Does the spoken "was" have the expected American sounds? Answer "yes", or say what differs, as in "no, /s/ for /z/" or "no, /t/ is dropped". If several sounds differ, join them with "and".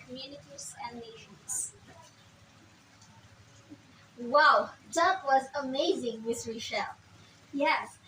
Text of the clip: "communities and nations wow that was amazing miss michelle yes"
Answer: yes